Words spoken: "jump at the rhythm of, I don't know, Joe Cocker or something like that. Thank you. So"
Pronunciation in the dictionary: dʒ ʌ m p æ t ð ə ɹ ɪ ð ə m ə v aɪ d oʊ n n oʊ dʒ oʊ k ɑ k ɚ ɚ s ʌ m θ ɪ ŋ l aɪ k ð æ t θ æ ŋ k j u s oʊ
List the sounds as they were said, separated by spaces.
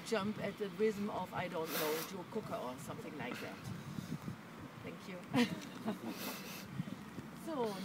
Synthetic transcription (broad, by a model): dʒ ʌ m p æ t ð ə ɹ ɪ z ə m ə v aɪ d oʊ n n oʊ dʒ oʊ k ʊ k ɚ ɚ s ʌ m θ ɪ ŋ l aɪ k ð æ t θ æ ŋ k j u s oʊ